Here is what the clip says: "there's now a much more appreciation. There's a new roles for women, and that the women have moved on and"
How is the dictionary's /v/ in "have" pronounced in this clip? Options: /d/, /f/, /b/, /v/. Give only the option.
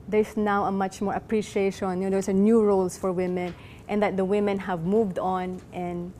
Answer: /v/